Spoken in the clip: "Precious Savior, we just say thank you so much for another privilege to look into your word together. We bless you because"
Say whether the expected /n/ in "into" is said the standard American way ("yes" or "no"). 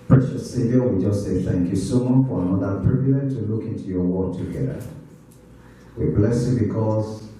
yes